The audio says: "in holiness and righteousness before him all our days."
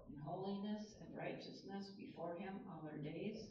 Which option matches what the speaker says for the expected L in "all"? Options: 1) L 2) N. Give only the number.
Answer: 2